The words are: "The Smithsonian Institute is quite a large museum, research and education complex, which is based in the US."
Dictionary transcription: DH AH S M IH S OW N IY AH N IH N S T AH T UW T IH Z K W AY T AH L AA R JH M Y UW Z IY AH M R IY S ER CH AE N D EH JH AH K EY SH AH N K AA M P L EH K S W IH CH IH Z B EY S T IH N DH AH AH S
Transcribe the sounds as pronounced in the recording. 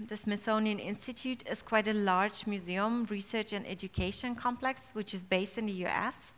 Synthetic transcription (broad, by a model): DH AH S M IH S OW N IY AH N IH N S T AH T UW T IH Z K W AY T AH L AA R JH M Y UW Z IY AH M R IY S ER CH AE N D EH JH AH K EY SH AH N K AA M P L EH K S W IH CH IH Z B EY S T IH N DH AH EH S